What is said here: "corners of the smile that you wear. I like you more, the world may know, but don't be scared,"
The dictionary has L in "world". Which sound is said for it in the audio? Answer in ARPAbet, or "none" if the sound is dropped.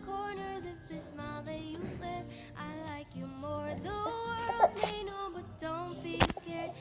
L